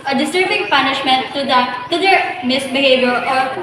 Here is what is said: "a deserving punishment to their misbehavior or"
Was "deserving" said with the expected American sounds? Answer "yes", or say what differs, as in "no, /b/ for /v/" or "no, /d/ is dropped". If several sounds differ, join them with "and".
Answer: no, /s/ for /z/